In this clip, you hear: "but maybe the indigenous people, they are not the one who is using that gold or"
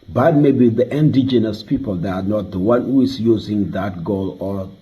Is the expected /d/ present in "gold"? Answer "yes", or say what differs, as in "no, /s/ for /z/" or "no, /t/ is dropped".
no, /d/ is dropped